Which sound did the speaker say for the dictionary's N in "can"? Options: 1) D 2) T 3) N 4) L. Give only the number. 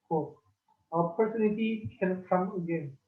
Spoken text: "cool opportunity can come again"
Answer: 4